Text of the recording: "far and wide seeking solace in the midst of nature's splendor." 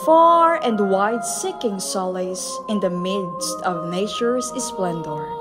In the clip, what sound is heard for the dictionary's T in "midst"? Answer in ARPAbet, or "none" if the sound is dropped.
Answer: T